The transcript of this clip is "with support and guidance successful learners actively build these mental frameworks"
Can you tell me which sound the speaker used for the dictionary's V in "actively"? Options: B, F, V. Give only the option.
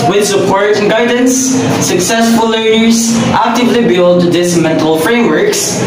V